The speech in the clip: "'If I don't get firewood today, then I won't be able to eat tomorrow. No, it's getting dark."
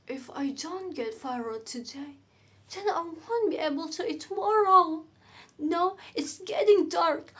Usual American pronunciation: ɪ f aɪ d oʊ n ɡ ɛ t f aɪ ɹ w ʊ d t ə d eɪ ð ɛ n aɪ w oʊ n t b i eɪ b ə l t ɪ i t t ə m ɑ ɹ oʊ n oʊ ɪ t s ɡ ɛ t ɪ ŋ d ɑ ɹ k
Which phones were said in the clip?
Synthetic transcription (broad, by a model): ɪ f aɪ d oʊ n ɡ ɛ t f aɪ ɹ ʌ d t ə d eɪ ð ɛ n aɪ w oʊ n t b i eɪ b ə l t ɪ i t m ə ɑ ɹ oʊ n oʊ ɪ t s ɡ ɛ t ɪ ŋ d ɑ ɹ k